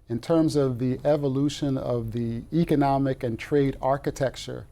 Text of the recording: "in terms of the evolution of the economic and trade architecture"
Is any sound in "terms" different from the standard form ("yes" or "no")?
no